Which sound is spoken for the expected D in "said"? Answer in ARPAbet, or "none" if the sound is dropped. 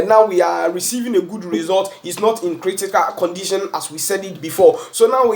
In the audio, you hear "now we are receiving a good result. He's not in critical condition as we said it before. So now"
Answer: D